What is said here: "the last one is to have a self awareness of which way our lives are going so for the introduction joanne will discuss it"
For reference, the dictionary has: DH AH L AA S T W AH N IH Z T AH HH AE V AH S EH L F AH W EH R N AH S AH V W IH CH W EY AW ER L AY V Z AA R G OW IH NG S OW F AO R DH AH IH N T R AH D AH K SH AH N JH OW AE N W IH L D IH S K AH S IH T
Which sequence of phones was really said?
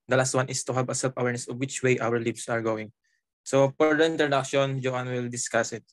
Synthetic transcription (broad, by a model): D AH L AA S T W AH N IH S T AH HH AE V AH S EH L P AH W EH R N AH S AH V W IH CH W EY AW ER L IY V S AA R G OW IH NG S OW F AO R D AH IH N T R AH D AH K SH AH N JH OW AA N W IH L D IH S K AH S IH T